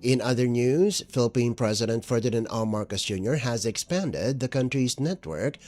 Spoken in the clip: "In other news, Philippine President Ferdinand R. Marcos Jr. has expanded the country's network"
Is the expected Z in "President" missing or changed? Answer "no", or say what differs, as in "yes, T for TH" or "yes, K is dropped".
no